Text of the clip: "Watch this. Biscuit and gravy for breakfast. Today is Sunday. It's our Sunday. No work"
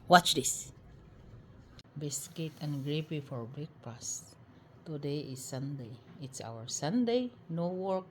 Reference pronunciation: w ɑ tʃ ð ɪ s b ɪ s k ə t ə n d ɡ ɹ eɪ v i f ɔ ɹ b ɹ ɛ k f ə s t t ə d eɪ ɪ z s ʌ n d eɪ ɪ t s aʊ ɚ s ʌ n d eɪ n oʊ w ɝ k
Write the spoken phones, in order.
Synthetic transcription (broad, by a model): w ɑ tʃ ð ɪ s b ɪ s k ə t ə n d ɡ ɹ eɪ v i f ɔ ɹ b ɛ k p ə s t t ə d eɪ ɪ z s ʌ n d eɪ ɪ t s aʊ ɚ s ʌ n d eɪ n oʊ w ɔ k